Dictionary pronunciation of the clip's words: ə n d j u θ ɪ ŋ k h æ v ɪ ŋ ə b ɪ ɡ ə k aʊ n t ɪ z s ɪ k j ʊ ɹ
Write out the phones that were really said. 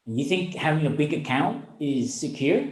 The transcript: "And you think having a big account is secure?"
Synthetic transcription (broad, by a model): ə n j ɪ θ ɪ ŋ k h æ v ɪ ŋ ə b ɪ ɡ ə k aʊ n t ɪ z s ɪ k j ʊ ɹ